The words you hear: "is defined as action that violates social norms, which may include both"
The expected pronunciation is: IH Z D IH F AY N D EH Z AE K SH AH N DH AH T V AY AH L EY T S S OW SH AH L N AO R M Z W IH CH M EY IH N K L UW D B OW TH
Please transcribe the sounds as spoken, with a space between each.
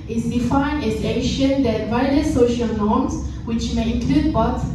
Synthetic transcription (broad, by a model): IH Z D IH F AY N D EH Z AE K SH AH N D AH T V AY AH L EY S S OW SH AH L N AO M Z W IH CH M EY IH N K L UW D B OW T